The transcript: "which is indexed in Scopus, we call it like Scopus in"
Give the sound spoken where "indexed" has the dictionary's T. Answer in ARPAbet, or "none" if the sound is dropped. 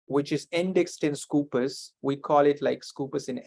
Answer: T